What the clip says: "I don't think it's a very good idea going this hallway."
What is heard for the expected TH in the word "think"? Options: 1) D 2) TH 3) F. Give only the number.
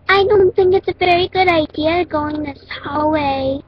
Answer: 2